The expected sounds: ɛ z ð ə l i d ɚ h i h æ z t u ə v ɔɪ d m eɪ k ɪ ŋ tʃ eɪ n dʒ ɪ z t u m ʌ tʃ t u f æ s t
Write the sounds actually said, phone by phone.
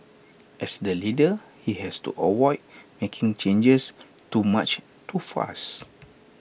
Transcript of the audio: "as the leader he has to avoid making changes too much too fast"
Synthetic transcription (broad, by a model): ɛ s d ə l i d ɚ h i h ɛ s t u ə w ɔɪ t m eɪ k ɪ ŋ tʃ eɪ n dʒ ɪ s t u m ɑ tʃ t u f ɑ s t